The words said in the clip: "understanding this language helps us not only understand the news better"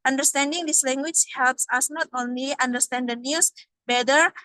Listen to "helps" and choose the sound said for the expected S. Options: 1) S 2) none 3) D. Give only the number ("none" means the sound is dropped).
1